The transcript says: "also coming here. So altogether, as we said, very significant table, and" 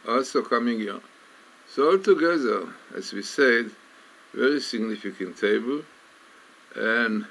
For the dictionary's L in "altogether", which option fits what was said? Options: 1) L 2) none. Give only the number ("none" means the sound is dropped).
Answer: 1